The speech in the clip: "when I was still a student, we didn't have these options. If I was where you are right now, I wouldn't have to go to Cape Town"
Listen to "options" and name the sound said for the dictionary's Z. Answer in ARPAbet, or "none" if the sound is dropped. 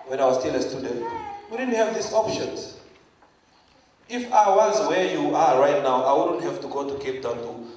none